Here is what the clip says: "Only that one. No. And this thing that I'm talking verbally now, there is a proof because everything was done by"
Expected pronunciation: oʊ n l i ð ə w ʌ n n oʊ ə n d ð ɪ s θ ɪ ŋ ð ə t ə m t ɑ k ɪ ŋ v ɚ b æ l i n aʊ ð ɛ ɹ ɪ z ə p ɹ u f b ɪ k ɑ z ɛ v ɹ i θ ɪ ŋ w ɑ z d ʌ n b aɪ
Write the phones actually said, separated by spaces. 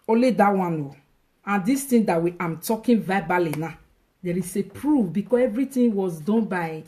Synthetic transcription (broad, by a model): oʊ l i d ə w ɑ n n oʊ ə n d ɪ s t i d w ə t ə m t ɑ k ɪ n v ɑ b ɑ l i n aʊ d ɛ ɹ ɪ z ə p ɹ u f b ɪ k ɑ s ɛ v ɹ i t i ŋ w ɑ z d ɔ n b aɪ